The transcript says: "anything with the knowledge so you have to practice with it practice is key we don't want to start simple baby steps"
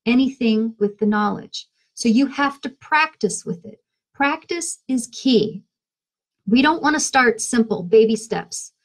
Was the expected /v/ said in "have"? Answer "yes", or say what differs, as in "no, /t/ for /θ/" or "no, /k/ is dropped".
no, /f/ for /v/